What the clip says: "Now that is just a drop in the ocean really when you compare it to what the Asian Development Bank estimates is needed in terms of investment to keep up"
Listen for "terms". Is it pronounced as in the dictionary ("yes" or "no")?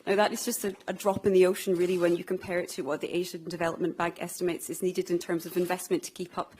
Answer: yes